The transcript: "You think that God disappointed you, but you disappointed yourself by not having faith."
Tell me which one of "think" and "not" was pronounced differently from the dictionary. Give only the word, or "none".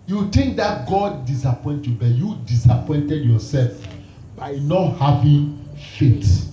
think